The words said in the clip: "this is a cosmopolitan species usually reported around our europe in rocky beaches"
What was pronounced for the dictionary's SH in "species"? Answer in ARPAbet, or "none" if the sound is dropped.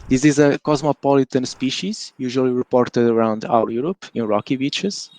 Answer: SH